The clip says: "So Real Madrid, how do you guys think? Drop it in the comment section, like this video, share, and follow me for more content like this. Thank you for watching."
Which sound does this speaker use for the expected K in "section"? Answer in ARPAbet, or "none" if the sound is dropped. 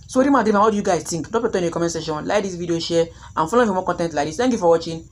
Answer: none